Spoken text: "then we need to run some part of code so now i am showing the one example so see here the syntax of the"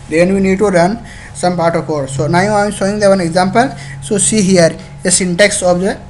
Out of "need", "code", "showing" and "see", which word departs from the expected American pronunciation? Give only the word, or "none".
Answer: showing